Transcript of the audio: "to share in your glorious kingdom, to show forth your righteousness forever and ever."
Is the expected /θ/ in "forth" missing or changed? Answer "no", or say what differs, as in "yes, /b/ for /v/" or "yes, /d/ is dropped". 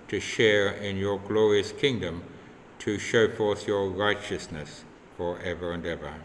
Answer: no